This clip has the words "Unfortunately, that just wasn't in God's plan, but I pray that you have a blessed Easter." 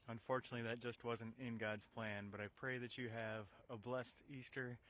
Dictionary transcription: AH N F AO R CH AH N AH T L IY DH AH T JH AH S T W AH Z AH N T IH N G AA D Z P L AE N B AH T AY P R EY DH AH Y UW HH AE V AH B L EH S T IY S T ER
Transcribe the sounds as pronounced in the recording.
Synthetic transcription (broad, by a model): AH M F AO R CH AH N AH T L IY DH AH T JH AH S T W AH Z AH N T IH N G AA D Z P L AE N B AH T AY P R EY DH AH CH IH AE V AH B L EH S T IY S T ER